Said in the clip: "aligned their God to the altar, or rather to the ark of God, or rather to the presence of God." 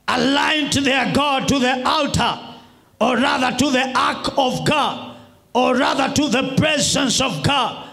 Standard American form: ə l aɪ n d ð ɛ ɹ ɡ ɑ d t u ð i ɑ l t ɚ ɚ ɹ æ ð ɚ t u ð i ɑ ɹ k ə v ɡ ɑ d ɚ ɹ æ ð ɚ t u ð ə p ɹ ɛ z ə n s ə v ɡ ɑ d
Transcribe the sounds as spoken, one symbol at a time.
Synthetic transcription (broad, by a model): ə l aɪ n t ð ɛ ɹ ɡ ɑ d t u ð i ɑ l t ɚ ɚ ɹ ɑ ð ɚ t u ð i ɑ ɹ k ə v ɡ ɑ d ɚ ɹ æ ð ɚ t u ð ə p ɹ ɛ z ə n s ə v ɡ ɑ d